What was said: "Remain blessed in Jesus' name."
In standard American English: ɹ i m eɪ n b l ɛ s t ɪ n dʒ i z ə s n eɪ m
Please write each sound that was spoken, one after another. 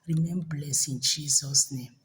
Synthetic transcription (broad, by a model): ɹ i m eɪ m b l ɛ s ɪ n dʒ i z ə s n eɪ m